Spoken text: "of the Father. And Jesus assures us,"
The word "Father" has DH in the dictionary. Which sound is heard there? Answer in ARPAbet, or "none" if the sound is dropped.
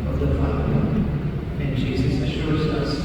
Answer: none